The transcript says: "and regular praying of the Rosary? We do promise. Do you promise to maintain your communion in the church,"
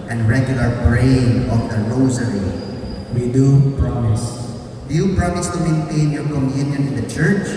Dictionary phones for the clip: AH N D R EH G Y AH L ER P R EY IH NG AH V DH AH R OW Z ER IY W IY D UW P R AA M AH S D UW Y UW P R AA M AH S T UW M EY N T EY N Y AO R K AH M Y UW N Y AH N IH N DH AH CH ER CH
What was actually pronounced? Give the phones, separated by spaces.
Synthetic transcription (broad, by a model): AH N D R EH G Y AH L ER B R EY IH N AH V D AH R OW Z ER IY W IY D UW P R AA M AH S D UW Y UW P R AA M AH S T UW M EY N T EY N Y AO R K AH M Y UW N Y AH N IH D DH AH CH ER CH